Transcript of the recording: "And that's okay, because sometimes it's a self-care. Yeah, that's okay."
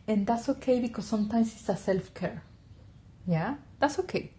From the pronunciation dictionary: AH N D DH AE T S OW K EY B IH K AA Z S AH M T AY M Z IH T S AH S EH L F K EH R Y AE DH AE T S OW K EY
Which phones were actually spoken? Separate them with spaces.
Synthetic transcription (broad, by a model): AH N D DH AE T S OW K EY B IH K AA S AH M T AY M S IH T S AH S EH L F K EH R Y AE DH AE T S OW K EY